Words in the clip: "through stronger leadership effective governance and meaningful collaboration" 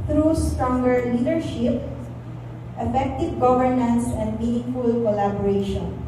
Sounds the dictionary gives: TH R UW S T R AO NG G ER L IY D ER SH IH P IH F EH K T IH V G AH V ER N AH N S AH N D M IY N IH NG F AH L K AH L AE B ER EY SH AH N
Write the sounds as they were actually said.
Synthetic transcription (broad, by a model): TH R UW S T R AO NG G ER L IY D ER SH IH P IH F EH K T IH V G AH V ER N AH N S AH N D M IY N IH NG F AH L K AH L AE B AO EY SH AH N